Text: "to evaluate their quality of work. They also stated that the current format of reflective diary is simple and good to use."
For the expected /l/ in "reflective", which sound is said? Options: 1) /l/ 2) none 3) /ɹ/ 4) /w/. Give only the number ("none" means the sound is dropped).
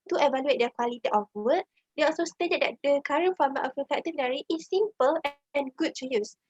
2